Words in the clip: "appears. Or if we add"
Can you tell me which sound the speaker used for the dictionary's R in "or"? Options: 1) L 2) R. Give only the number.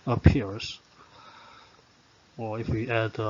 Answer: 1